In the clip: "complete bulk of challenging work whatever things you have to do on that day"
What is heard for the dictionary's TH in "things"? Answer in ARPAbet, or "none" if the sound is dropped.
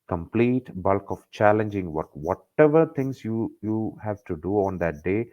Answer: T